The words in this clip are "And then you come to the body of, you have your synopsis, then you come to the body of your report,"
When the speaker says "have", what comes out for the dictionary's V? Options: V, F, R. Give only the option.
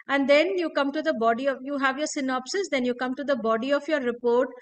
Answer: V